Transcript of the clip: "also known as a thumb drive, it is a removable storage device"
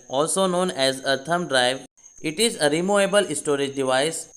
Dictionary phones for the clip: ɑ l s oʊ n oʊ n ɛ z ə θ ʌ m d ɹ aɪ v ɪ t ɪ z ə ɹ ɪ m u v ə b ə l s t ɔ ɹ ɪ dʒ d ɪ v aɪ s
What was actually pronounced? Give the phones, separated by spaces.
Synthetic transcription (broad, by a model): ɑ l s oʊ n oʊ n ɛ z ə t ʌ m d ɹ aɪ v ɪ t ɪ z ə ɹ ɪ m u ə b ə l s t ɔ ɹ ɪ dʒ d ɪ v aɪ s